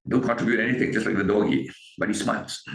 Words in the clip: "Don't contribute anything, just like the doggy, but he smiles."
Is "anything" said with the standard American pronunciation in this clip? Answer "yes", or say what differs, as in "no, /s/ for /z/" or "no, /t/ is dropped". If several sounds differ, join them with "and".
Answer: no, /t/ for /θ/